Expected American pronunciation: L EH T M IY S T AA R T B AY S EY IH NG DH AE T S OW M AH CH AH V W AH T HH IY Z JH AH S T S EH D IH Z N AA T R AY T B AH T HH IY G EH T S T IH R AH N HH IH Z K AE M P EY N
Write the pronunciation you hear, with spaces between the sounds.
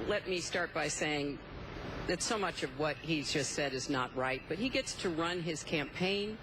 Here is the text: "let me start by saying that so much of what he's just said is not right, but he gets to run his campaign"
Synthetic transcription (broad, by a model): L EH T M IY S T AA R T B AY S EY IH NG DH AE T S OW M AH CH AH V W AH T HH IY Z JH AH S T S EH D IH Z N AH T R AY T B AH T HH IY G EH T S T IH R AH N IH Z K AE M P EY N